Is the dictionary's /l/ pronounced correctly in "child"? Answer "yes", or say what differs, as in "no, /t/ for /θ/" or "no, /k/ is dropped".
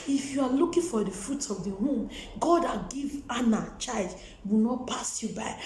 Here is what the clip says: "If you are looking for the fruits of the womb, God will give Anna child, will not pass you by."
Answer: no, /l/ is dropped